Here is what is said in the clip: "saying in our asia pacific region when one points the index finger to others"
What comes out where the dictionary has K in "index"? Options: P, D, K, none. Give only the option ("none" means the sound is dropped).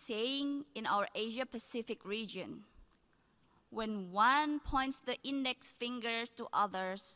K